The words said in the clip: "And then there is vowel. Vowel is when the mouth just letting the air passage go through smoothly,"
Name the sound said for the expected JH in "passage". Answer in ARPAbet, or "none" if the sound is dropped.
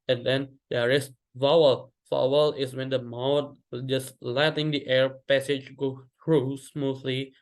JH